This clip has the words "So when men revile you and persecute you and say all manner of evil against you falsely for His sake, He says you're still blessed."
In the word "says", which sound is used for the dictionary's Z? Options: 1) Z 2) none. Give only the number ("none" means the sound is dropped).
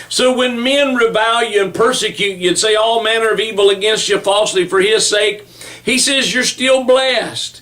1